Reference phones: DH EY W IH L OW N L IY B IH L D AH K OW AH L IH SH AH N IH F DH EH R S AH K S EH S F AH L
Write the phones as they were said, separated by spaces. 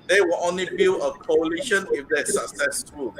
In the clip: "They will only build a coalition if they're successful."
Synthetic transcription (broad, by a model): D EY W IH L OW N L IY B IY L AH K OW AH L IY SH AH N IH F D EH S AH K S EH S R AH